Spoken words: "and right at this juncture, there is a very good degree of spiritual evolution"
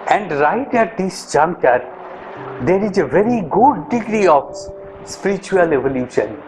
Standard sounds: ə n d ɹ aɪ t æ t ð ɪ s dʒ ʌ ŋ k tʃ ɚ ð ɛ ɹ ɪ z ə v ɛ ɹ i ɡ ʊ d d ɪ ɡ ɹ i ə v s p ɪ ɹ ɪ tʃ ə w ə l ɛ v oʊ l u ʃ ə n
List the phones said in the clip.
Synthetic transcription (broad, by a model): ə n d ɹ aɪ t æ t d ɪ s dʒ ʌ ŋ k ɚ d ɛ ɹ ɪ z ə v ɛ ɹ i ɡ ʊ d d ɪ ɡ ɹ i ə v s p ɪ ɹ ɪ tʃ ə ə l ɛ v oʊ l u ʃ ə n